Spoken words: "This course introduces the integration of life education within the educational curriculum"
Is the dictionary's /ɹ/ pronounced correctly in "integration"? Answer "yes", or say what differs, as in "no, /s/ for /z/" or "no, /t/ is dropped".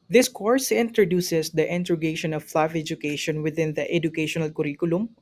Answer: no, /ɹ/ is dropped